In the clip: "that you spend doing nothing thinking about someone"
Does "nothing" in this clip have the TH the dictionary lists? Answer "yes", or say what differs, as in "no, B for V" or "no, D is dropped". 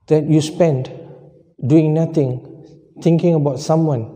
no, T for TH